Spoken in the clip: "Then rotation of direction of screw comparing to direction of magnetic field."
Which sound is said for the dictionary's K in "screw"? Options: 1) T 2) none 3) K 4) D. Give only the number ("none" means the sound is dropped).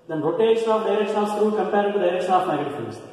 2